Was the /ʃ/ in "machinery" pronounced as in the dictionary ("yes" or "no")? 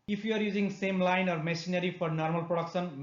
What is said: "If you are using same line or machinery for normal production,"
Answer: no